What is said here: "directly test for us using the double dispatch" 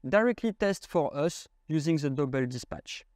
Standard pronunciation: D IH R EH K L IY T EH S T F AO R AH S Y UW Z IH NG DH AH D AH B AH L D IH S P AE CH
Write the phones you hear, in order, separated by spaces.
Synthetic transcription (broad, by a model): D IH R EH K L IY T EH S T F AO R AH S Y UW Z IH NG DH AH D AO B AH L D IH S P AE CH